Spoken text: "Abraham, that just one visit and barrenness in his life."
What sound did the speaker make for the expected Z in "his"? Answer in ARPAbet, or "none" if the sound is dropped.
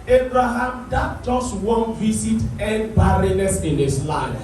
S